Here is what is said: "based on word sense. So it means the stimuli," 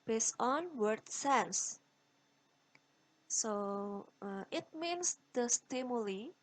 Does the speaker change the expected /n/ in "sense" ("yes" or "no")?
yes